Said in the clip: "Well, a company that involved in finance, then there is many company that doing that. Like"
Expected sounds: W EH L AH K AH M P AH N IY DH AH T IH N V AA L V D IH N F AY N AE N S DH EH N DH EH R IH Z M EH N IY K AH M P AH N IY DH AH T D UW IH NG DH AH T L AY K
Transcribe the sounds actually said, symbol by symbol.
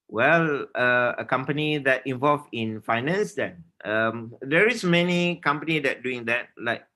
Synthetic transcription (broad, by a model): W EH L AH K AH M P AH N IY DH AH T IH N V AA L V IH N F AY N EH N S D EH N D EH R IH S M EH N IY K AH M P AH N IY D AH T D UW IH NG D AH T L AY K